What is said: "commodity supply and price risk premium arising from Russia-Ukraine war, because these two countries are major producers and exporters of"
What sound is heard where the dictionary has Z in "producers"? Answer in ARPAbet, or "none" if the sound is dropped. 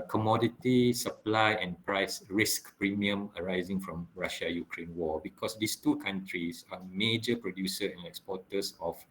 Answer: none